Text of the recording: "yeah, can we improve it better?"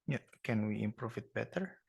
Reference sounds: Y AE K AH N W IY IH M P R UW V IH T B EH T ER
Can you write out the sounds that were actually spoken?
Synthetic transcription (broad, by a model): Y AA K AH N W IY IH M P R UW F IH T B EH T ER